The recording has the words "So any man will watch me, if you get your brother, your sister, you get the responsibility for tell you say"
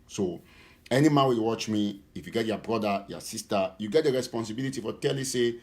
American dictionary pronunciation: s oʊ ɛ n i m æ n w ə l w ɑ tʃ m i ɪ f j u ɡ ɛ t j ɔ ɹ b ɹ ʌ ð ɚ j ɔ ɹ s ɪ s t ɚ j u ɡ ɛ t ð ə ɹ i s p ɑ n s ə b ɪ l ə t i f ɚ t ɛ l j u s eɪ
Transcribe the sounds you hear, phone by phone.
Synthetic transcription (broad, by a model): s oʊ ɛ n i m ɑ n w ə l w ɑ tʃ m i f j u ɡ ɛ t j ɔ b ɹ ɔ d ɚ j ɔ s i s t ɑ j u ɡ ɛ t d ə ɹ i s p ɑ n s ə b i l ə t i f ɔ t ɛ l j u s eɪ